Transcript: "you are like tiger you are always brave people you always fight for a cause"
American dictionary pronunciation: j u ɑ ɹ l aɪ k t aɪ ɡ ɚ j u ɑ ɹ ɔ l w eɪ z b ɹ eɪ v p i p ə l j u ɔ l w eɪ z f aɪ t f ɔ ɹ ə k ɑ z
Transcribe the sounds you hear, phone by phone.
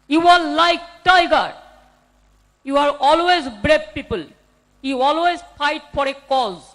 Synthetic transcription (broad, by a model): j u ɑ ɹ l aɪ k t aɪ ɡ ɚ j u ɑ ɹ ɔ l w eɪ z b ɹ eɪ b p i p ə l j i ɔ l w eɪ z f aɪ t f ɔ ɹ ə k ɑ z